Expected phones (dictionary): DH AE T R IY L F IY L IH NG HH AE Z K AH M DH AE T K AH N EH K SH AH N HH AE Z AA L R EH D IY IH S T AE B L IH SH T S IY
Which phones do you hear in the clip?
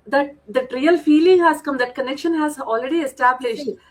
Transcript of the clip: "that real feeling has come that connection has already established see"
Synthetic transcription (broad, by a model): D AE T R IY L F IY L IH NG HH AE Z K AH M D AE T K AH N EH K SH AH N HH AE Z AA L R EH D IY IH S T AE B L IH SH T